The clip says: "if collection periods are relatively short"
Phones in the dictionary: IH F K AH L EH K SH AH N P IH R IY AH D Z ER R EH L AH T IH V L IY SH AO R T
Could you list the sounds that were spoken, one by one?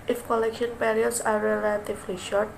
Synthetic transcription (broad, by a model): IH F K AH L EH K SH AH N P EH R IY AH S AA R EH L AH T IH F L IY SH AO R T